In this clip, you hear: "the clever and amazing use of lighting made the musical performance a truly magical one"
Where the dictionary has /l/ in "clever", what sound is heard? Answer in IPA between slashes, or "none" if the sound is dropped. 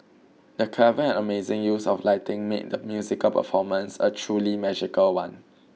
none